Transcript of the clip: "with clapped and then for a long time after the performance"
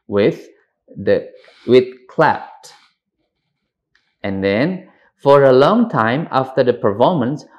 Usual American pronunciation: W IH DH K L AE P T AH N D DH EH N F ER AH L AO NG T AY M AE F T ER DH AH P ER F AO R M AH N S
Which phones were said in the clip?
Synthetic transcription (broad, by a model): W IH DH K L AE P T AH N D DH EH N F ER AH L AO NG T AY M AE F T ER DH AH P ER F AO M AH N S